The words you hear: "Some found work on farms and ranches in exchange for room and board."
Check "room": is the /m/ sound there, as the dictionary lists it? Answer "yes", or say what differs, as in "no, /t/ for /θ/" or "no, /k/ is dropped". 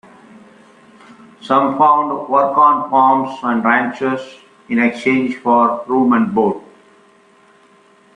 yes